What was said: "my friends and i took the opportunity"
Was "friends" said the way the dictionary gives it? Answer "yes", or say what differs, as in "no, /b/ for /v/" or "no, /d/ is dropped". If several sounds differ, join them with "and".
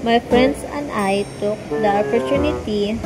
no, /s/ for /z/